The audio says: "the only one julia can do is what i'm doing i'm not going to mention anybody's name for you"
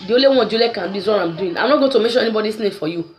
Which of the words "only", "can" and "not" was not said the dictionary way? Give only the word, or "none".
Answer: only